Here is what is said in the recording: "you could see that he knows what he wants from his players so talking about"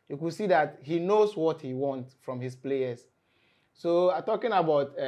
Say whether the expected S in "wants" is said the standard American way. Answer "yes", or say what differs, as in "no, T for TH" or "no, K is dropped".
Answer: no, S is dropped